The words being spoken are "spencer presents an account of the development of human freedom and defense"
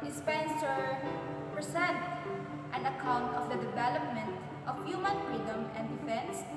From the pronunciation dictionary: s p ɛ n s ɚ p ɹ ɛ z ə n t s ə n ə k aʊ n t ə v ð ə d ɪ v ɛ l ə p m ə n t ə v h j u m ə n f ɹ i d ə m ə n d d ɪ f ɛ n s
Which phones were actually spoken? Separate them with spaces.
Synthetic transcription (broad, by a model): s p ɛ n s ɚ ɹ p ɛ s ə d t ə n ə k aʊ n t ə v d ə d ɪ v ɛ l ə p m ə n t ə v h j u m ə n f ɹ i d ə m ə n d d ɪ f ɛ n s